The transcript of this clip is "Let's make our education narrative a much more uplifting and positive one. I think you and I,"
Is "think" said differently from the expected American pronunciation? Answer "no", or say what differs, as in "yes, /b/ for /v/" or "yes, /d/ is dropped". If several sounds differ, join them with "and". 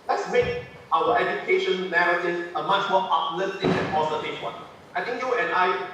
yes, /t/ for /θ/